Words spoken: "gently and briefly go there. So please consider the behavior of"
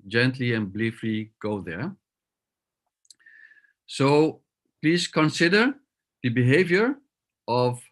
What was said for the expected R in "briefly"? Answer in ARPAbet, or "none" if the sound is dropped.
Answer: L